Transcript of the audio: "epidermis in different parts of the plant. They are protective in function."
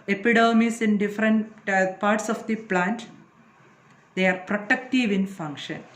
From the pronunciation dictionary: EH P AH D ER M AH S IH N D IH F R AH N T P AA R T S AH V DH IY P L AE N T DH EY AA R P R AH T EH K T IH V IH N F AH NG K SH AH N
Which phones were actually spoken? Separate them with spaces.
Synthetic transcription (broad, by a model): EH P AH D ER M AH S IH N D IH F R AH N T P AA R T S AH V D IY P L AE N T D EY AA R P R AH T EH K T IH V IH N F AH NG K SH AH N